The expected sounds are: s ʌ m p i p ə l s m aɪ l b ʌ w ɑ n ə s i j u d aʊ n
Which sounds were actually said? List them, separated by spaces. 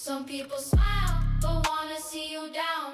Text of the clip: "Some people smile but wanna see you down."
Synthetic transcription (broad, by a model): s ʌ m p i p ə l s m aɪ l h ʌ w ɑ n ə s i j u d aʊ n